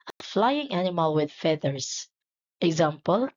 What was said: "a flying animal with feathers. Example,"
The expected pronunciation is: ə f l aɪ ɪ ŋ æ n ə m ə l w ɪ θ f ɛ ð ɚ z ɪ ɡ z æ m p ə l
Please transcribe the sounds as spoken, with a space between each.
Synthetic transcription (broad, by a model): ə f l aɪ ɪ ŋ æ n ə m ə l w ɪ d f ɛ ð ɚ s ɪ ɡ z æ m p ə l